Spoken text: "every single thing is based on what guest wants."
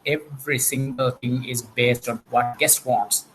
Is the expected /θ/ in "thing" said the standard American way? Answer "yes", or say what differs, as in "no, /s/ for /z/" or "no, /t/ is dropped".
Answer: no, /t/ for /θ/